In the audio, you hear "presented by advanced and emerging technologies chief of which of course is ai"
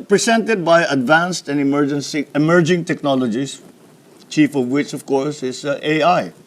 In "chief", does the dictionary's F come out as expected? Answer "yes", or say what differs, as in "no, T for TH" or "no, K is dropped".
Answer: yes